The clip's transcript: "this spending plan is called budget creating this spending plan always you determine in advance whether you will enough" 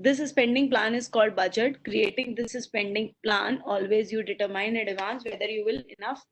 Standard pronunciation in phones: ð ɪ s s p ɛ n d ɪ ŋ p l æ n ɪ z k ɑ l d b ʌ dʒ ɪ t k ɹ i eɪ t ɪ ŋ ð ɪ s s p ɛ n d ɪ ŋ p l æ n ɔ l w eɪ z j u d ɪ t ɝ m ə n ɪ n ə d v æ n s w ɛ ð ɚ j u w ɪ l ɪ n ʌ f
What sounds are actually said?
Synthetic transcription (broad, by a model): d ɪ s s p ɛ n d ɪ ŋ p l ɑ n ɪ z k ɑ l d b ʌ dʒ ɪ t k ɹ i eɪ t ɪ ŋ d ɪ s s p ɛ n d ɪ ŋ p l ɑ n ɔ l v eɪ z j u d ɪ t ɝ m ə ɪ n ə d v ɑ n s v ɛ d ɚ j u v ɪ l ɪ n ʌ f